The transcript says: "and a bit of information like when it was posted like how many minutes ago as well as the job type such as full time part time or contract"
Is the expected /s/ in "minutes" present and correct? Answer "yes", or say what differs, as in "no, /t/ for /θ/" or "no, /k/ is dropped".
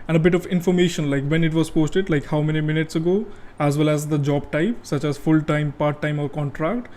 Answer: yes